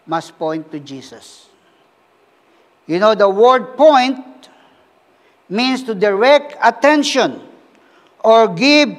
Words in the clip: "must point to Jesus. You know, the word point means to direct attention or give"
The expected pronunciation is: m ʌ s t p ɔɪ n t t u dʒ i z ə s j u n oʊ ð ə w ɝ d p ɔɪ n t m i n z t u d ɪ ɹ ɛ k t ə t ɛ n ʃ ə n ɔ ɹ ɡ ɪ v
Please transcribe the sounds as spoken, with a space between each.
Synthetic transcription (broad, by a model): m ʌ s p ɔɪ n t t u dʒ i s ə s j u n oʊ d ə w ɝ d p ɔɪ n t m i n s t u d ɪ ɹ ɛ k t ə t ɛ n ʃ ə n ɔ ɹ ɡ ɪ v